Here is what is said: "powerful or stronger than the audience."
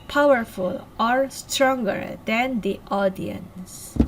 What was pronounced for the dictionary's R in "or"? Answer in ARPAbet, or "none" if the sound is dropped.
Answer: R